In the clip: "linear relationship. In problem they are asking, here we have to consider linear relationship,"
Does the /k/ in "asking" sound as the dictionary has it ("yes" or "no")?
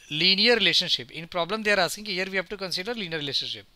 no